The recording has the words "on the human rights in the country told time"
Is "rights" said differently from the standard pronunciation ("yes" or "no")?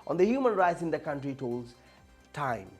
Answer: no